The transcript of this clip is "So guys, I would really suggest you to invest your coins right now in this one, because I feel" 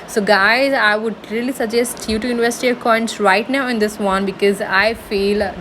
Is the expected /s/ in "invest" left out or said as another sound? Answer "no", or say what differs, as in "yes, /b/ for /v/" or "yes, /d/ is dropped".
yes, /s/ is dropped